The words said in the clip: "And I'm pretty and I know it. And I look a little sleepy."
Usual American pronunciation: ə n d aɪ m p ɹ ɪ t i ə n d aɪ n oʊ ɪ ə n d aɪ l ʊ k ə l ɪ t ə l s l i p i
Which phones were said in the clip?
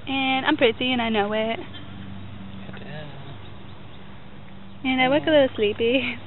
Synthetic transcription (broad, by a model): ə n aɪ m p ɹ ɪ t i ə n aɪ n oʊ ɪ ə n aɪ w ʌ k ə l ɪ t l s l i p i